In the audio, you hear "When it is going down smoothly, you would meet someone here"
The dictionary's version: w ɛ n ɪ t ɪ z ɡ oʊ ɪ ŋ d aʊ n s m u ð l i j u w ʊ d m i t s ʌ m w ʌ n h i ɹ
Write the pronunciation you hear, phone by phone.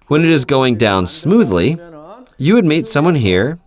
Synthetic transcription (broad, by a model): w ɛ n ɪ t ɪ z ɡ oʊ ɪ ŋ d aʊ n s m u ð l i j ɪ w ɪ d m i t s ʌ m w ʌ n h i ɹ